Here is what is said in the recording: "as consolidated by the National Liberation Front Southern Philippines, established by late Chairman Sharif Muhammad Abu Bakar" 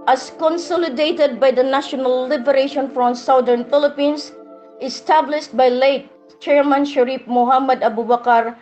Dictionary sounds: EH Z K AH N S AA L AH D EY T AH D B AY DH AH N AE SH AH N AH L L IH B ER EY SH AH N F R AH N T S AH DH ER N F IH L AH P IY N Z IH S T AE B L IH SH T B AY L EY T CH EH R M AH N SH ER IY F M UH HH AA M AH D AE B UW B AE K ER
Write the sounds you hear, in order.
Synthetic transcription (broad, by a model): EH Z K AH N S AA L AH D EY T AH D B AY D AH N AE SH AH N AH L L IH B ER EY SH AH N F R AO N S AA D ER N F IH L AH P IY N S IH S T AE B L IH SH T B AY L EY T CH EH R M AH N SH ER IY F M UH HH AA M AH D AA B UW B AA K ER